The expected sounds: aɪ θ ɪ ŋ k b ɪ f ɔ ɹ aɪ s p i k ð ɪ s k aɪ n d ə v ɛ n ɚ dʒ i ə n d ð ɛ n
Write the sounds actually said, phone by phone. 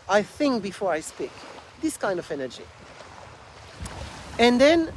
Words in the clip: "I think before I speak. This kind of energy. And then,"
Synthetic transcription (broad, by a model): aɪ θ ɪ ŋ k b ɪ f ɔ ɹ aɪ s p i k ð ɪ s k aɪ n d ə v ɛ n ɚ dʒ i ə n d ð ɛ n